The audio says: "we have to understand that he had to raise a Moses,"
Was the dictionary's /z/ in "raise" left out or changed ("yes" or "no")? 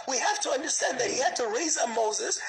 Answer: no